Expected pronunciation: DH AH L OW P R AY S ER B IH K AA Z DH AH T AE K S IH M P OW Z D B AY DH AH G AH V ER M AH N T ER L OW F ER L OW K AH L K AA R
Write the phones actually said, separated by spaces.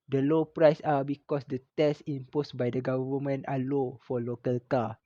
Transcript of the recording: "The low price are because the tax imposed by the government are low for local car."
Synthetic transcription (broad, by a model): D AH L OW P R AY S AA B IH K AA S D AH T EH S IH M P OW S B AY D AH G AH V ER M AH N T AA L OW F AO L OW K AH L K AA